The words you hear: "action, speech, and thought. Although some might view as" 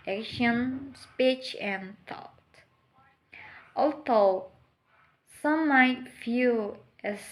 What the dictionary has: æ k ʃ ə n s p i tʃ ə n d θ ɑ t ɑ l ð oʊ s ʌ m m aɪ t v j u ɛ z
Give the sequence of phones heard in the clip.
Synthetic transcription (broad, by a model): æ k ʃ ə n s p i tʃ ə n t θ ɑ t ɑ l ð oʊ s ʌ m m aɪ t f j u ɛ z